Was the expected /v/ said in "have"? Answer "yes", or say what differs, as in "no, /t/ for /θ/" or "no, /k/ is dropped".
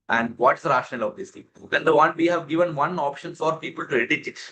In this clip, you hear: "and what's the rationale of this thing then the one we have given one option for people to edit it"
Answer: yes